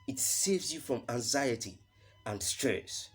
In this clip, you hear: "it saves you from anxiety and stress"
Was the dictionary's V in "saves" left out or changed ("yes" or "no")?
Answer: no